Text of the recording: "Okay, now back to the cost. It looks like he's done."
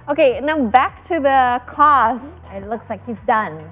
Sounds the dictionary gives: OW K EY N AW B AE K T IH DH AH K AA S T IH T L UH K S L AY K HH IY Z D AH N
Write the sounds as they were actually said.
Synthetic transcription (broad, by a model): OW K EY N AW B AE K T IH DH AH K AA S T IH T L UH K S L AY K HH IY Z D AH N